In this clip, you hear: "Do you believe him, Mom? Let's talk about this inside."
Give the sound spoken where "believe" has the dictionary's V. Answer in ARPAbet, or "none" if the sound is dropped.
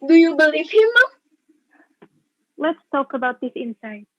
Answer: F